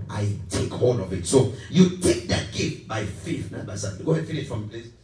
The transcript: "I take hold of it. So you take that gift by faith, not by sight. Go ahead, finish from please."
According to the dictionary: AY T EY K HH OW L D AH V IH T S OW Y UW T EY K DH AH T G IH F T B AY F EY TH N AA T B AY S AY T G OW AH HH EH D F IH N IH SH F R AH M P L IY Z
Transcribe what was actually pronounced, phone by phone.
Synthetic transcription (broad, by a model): AY T EY K HH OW D AH V IH T S OW Y UW T EY K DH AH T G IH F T B AY F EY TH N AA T B AY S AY G OW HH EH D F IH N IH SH F R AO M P L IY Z